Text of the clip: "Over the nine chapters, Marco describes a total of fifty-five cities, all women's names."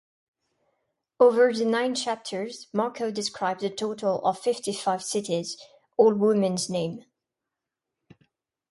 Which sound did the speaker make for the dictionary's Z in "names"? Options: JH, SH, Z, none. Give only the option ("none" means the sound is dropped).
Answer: none